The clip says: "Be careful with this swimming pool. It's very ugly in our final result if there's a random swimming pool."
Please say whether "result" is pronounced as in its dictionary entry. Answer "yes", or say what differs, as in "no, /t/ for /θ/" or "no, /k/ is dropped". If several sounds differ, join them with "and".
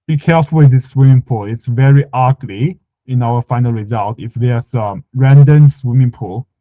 yes